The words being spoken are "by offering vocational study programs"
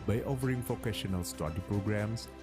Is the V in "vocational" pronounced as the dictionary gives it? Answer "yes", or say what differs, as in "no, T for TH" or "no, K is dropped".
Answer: no, F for V